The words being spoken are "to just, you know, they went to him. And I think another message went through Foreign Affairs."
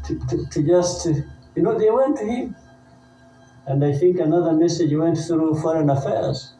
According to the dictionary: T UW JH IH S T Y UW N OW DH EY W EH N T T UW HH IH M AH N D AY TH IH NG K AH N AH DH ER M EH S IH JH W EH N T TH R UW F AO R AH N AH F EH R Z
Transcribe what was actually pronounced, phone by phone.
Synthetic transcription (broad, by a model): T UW JH IH S T Y UW N OW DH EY W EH N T T UW HH IH M AH N D AY TH IH NG K AH N AH DH ER M EH S IH JH W EH N T TH R UW F AO R AH N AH F EH R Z